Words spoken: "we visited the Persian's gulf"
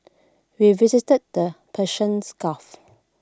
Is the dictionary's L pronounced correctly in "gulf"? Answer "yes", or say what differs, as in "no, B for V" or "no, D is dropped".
no, L is dropped